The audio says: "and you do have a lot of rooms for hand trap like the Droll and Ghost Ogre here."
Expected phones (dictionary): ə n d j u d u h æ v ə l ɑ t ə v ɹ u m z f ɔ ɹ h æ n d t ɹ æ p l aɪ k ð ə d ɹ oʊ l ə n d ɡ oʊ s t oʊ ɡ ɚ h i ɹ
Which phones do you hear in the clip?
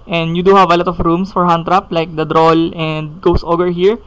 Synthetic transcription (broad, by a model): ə n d j u d u h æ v ə l ɑ t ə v ɹ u m s f ɔ ɹ h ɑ n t ɹ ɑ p l aɪ k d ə d ɹ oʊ l ə n d ɡ oʊ s t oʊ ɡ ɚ h i ɹ